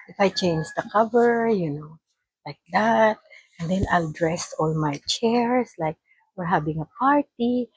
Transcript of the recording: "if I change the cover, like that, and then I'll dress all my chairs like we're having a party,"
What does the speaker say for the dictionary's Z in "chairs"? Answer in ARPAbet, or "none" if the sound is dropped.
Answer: S